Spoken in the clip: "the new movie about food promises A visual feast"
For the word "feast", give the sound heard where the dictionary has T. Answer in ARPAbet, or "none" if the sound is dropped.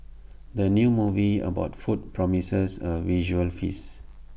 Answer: none